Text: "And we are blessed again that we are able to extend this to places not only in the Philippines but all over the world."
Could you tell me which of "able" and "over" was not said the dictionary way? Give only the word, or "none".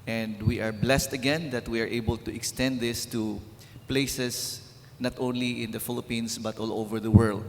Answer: none